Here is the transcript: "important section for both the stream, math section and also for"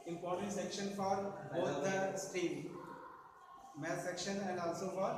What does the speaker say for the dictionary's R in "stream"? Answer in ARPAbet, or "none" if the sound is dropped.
none